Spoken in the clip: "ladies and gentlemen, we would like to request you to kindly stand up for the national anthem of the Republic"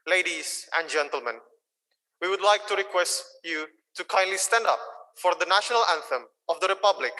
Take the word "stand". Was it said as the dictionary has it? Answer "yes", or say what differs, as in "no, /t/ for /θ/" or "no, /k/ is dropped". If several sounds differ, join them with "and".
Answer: yes